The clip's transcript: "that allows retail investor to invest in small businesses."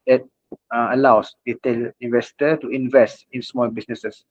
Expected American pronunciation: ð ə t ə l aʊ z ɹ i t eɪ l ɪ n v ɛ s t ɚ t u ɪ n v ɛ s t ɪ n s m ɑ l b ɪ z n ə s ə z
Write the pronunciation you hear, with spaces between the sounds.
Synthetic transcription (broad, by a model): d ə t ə l aʊ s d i t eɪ l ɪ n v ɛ s t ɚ t u ɪ n v ɛ s t ɪ n s m ɑ l b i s n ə s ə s